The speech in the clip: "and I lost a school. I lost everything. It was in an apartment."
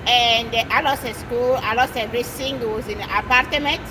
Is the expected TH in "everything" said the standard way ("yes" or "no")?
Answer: no